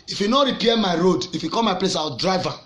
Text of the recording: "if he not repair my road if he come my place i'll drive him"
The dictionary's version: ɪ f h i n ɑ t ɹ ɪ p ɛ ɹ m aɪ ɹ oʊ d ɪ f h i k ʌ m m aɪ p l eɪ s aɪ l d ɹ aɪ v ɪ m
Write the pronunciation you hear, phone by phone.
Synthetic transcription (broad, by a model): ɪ f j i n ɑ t ɹ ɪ p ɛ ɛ m aɪ ɹ oʊ d ɪ f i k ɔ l m aɪ p l eɪ s aɪ w d ɹ aɪ v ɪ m